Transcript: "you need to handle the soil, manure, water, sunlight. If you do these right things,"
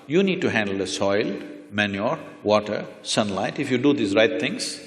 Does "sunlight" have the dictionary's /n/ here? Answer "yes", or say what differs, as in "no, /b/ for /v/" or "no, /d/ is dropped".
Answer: yes